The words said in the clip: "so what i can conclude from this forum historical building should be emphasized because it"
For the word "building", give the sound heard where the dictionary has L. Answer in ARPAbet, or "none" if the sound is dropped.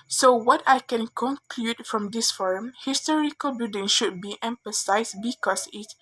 none